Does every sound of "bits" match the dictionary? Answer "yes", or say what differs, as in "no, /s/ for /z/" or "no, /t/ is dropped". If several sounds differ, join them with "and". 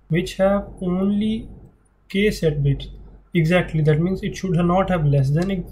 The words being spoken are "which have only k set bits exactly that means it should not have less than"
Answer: no, /s/ is dropped